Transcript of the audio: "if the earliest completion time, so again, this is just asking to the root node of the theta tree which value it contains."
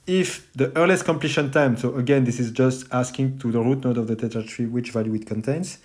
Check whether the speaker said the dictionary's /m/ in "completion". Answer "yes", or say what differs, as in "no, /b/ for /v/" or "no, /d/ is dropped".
yes